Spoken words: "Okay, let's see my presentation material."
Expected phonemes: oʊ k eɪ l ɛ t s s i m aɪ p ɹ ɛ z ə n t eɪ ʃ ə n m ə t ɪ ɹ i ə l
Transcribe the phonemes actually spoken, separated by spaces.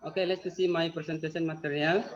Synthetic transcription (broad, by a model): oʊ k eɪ l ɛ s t s i m aɪ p ɹ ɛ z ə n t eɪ s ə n m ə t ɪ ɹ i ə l